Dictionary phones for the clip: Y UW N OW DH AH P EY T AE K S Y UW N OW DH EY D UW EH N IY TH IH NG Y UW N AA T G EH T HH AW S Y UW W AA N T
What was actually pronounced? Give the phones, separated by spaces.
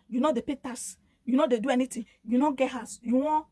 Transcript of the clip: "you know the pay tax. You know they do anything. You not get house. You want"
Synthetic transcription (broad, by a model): Y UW N OW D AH P EY T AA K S Y UW N OW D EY D UW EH N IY T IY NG Y UW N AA G EH T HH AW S Y UW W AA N